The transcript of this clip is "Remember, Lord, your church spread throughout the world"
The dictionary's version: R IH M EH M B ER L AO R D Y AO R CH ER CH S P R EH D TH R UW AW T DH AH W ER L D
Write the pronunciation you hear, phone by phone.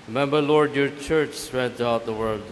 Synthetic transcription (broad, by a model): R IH M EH M B ER L AO R D Y AO R CH ER CH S R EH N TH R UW AW T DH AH W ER L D